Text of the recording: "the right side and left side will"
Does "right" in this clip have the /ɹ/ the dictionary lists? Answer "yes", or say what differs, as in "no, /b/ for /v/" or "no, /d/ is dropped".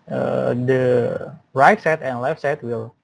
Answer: yes